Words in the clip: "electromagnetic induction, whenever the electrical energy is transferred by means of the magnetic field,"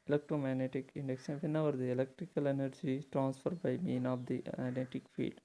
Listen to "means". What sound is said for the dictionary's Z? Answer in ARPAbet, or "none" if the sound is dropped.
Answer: none